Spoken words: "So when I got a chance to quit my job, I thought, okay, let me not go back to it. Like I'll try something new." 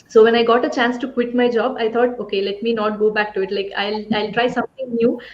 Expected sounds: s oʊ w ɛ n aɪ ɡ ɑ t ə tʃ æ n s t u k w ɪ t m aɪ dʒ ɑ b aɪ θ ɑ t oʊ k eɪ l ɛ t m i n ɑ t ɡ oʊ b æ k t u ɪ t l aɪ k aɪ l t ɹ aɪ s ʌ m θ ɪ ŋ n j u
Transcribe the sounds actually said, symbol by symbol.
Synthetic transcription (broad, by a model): s oʊ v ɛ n aɪ ɡ ɑ t ə tʃ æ n s t u k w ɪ t m aɪ dʒ ɑ b aɪ t ɑ t oʊ k eɪ l ɛ t m i n ɑ t ɡ oʊ b æ k t u ɪ t l aɪ k aɪ l t ɹ aɪ s ʌ m t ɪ ŋ n j u